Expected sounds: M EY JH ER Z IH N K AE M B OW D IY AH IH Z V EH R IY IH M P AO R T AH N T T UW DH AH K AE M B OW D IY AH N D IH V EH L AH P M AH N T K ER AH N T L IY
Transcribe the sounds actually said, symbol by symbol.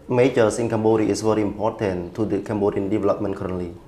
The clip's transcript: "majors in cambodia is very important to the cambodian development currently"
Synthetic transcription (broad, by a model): M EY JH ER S IH N K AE M B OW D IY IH S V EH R IY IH M P AO T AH N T T UW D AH K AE M B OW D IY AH N D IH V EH L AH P M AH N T K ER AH N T L IY